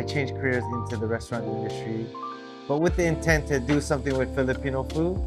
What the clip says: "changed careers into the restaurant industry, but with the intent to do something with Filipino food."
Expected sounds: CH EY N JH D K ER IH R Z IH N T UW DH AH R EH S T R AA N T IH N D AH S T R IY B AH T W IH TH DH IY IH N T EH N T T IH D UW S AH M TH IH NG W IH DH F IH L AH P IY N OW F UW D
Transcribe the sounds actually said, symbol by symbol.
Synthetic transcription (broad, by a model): CH EY N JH K ER IH R Z IH N T UW DH AH R EH S T R AA N T IH N D AH S T R IY B AH T W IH DH IY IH N T EH N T T IH D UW S AH M TH IH NG W IH DH F IH L AH P IY N OW F UW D